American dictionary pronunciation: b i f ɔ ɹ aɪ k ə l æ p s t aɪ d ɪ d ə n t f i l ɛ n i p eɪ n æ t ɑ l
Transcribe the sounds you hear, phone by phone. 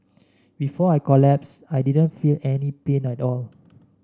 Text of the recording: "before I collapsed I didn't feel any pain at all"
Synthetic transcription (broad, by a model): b i f ɔ aɪ k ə l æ p s aɪ d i d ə n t f i l ɛ n i p eɪ n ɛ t ɑ l